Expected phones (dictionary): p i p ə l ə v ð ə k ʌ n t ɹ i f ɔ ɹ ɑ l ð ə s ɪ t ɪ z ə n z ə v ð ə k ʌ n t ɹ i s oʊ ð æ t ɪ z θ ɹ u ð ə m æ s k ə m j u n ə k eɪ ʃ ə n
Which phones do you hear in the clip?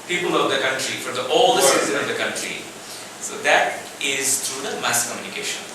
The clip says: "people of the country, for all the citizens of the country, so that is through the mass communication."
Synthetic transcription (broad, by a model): p i p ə l ə v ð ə k ʌ n t ɹ i f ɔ ɹ ɑ l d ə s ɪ s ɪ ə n ə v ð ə k ʌ n t ɹ i s oʊ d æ t ɪ z t ɹ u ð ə m æ s k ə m j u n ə k eɪ ʃ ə n